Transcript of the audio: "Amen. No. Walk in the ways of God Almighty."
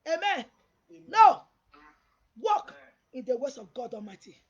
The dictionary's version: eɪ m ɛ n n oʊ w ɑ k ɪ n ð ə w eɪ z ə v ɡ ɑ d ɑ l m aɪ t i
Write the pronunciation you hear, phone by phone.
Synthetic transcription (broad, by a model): eɪ m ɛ n n oʊ w ɑ k ɪ n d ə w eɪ s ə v ɡ ɑ d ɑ m aɪ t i